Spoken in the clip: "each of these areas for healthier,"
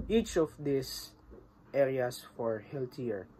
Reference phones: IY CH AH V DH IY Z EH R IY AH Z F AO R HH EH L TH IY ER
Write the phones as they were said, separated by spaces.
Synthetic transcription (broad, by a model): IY CH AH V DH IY S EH R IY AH S F AO R HH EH L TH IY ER